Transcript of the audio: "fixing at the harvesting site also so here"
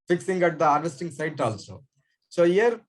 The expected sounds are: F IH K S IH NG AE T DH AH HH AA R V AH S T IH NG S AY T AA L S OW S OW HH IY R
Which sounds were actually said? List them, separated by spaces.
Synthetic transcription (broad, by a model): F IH K S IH NG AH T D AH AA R AH S T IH NG S AY T AA L S OW S OW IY R